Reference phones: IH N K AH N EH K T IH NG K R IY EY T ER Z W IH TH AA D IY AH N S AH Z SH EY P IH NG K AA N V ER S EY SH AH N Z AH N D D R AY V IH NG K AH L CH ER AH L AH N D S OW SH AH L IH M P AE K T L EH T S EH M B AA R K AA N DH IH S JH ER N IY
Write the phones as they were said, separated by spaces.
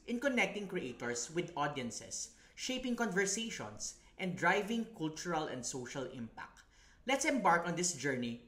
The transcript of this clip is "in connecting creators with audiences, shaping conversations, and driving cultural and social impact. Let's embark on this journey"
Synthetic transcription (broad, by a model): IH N K AH N EH K T IH NG K R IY EY T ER S W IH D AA D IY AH N S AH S SH EY P IH NG K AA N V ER S EY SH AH N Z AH N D D R AY V IH NG K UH L CH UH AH L AH N D S OW SH AH L IH M P AE K T L EH T S EH M B AA R K AA N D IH S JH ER N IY